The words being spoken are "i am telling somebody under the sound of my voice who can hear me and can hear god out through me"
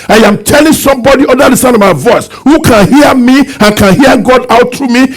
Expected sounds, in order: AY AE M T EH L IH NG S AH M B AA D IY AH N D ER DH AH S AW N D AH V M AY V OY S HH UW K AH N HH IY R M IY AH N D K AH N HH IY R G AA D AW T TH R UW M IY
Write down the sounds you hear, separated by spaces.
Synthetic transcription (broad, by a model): AY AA M T EH L IH NG S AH M B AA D IY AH D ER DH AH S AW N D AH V M AY V OY S HH UW K AH N HH IY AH M IY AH N K AH N HH IY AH G AA D AW T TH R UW M IY